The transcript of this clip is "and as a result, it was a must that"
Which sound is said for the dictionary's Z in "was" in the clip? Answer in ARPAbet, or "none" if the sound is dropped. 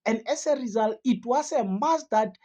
S